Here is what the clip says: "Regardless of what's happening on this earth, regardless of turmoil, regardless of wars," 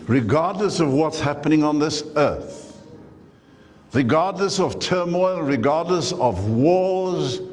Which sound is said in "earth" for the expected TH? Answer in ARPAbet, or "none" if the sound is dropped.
TH